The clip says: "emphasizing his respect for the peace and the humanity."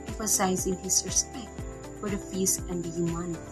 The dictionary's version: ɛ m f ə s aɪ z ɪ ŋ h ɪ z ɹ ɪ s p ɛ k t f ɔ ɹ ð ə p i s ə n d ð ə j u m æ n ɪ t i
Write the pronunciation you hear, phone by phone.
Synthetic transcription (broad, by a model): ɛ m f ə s aɪ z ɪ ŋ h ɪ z ɹ ɪ s p ɛ k t f ɔ ɹ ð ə f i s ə n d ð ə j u m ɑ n